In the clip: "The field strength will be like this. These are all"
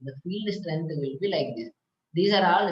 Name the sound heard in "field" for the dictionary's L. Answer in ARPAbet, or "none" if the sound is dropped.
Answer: L